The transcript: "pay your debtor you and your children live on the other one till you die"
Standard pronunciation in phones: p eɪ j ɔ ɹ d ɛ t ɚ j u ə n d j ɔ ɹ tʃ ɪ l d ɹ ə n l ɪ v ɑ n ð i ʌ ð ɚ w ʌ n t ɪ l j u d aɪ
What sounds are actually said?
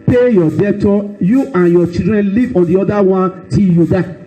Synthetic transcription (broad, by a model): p eɪ j ɔ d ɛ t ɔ j u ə n j ɔ tʃ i d ɹ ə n l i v ɑ n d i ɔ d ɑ w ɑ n t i j u d aɪ